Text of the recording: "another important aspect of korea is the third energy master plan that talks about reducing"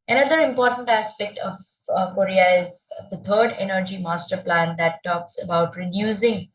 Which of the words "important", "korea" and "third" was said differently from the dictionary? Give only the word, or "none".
third